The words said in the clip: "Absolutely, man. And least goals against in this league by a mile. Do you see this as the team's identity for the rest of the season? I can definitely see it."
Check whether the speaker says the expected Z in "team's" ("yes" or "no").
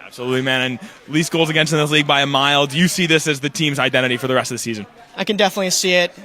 yes